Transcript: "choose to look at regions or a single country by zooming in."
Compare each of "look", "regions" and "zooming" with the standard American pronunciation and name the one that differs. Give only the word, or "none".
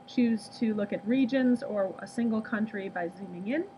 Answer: none